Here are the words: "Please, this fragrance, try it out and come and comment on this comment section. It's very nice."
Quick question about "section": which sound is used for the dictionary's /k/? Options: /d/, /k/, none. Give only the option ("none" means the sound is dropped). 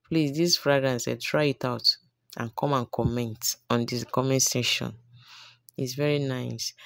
none